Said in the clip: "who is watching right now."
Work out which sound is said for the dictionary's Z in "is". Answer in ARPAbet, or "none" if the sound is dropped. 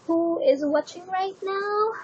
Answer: Z